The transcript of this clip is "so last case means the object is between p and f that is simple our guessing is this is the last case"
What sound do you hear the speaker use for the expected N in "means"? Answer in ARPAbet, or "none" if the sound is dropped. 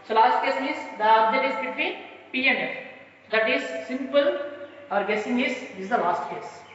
none